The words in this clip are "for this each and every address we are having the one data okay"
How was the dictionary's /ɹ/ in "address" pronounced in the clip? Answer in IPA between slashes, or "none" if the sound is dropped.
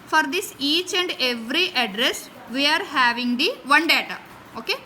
/ɹ/